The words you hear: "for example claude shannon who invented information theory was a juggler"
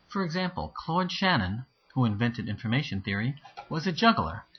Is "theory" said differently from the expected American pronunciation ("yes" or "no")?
no